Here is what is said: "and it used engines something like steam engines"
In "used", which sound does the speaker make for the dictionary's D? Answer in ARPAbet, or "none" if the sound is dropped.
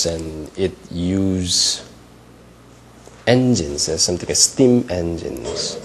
none